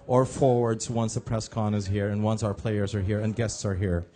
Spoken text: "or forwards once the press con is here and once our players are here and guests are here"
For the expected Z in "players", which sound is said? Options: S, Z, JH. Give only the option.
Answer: Z